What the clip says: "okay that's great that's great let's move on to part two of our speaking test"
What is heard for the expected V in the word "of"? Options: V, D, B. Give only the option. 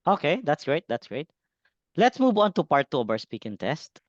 B